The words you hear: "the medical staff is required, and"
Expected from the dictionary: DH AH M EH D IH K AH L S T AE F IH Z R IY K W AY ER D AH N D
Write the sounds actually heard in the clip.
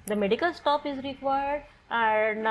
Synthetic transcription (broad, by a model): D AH M EH D IH K AH L S T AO P IH Z R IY K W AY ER D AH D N